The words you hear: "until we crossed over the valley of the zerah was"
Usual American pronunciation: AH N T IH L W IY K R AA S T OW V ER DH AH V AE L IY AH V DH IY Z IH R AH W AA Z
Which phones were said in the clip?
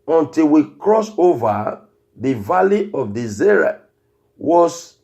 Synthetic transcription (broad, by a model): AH N T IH L W IY K R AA S OW V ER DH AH V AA L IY AH V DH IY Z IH R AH W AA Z